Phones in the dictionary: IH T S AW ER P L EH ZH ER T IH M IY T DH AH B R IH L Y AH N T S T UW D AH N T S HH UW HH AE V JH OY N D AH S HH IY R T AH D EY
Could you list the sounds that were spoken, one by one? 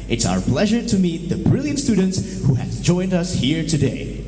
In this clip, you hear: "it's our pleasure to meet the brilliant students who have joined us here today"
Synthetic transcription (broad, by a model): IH T S AW ER P L EH ZH ER T IH M IY T DH AH B R IH L Y AH N T S T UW D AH N T S HH UW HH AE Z JH OY N D AH S HH IY R T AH D EY